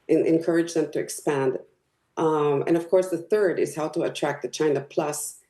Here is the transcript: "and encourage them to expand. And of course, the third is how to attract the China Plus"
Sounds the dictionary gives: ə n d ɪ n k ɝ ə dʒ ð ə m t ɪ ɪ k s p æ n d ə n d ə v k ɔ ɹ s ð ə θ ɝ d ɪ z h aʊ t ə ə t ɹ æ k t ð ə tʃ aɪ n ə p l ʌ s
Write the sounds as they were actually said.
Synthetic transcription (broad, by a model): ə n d ɪ n k ɝ ə dʒ ð ə m t ɪ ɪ k s p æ n d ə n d ə v k ɔ ɹ s ð ə θ ɝ d ɪ z h aʊ t ə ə t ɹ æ k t ð ə tʃ aɪ n ə p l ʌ s